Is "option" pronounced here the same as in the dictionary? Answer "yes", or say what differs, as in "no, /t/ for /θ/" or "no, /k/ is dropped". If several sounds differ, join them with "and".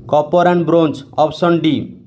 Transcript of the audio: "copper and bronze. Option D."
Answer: no, /s/ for /ʃ/